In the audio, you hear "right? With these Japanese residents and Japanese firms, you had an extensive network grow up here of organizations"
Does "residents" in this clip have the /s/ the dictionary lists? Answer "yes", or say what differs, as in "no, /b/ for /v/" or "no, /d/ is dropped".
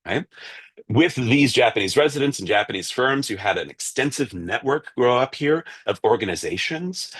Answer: yes